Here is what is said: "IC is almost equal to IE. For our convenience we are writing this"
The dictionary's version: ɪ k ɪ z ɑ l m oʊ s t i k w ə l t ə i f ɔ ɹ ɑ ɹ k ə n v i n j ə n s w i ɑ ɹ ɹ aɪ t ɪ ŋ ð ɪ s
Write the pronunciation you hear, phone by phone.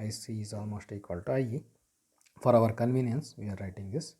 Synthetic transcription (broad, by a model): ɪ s ɪ z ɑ l m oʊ s t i k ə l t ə i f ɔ ɹ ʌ ɹ k ə n v i n j ə n s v i ɑ ɹ ɹ aɪ t ɪ ŋ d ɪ s